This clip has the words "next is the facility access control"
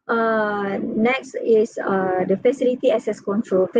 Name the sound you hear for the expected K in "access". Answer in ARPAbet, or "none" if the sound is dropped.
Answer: none